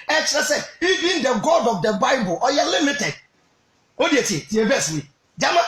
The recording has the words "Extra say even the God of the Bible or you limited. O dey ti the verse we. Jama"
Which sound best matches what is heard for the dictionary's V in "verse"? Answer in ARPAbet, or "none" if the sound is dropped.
B